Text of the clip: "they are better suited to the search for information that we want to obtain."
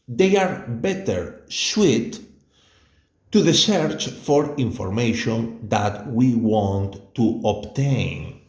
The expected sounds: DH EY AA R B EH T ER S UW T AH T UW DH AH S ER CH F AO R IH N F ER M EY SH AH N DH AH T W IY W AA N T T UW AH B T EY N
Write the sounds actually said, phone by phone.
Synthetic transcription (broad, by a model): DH EY AA R B EH T ER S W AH T UW DH AH S ER CH F AO R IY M F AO M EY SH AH N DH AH T W IY W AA N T T UW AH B T EY N